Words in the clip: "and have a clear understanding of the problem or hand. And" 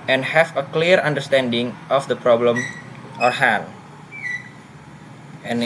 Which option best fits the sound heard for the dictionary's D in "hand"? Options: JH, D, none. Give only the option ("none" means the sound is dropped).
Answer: none